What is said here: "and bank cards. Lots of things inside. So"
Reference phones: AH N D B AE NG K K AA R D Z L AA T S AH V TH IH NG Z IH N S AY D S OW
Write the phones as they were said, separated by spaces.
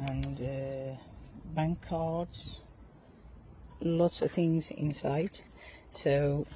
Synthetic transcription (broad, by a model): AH N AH B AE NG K K AA R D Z L AA T S AH V TH IH NG Z IH N S AY D S OW